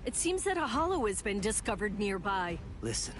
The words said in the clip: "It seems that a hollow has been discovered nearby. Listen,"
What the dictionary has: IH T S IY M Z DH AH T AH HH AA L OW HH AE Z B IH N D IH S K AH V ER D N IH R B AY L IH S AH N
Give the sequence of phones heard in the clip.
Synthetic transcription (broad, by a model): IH T S IY M Z DH AH T AH HH AA L OW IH Z B IH N D IH S K AH V ER D N IH R B AY L IH S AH N